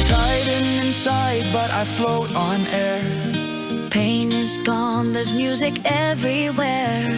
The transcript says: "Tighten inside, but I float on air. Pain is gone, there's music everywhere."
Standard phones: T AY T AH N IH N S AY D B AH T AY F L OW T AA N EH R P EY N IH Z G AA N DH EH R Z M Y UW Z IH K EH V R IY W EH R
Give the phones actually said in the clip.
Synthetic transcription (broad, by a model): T AY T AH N IH N S AY D B AH T AY F L OW T N EH R P EY N IH Z G AA N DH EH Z M Y UW Z IH K EH V R IY W EH R